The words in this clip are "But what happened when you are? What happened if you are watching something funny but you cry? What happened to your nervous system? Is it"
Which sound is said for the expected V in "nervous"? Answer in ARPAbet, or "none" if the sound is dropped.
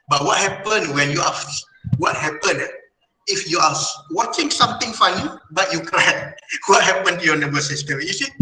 B